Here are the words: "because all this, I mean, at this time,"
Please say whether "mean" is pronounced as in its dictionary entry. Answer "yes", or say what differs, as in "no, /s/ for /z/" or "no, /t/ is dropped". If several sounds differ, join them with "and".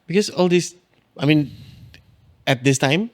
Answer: yes